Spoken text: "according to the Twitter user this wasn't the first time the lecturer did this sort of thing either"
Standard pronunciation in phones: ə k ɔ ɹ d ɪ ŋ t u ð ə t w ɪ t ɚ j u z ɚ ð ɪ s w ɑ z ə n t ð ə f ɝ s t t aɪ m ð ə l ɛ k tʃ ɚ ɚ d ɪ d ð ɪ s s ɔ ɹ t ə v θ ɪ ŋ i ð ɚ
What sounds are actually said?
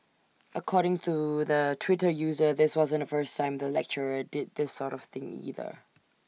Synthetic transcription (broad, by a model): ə k ɔ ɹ d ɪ ŋ t u ð ə t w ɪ t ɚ j u z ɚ ð ɪ s w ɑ z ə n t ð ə f ɝ s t t aɪ m ð ə l ɛ k tʃ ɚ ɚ d ɪ d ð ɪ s s ɔ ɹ t ə v θ ɪ ŋ i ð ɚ